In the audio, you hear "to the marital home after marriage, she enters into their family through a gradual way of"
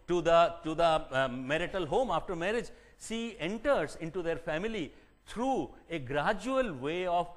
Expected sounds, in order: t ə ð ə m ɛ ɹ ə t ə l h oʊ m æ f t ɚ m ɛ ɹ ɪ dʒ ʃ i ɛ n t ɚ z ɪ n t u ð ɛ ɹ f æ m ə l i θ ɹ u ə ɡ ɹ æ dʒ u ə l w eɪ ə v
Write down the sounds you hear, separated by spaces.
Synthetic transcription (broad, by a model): t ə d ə m ɛ ɹ ə t ə l h oʊ m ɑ f t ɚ m ɛ ɹ ɪ dʒ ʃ i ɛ n t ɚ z ɪ n t u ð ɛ ɹ f æ m ə l i t ɹ u ə ɡ ɹ æ dʒ u ə l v eɪ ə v